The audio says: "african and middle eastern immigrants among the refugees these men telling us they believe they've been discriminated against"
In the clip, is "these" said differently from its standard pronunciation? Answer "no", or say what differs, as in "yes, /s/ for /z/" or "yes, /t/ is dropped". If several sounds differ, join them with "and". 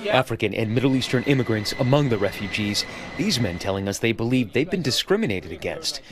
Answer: no